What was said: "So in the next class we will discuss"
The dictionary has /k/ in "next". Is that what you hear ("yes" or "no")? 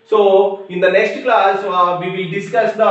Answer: yes